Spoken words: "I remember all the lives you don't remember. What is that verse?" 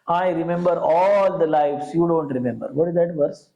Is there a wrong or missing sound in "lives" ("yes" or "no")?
yes